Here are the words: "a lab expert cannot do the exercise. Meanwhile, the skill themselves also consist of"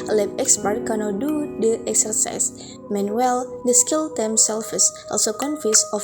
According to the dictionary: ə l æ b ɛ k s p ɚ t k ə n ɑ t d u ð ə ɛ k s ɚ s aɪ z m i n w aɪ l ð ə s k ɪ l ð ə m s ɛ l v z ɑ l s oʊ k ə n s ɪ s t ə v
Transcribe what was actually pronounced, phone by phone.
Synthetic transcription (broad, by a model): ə l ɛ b ɛ k s p ɚ t k ə n ɑ t d u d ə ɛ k s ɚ s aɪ s m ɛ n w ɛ l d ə s k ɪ l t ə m s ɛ l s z ɑ l s oʊ k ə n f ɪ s ə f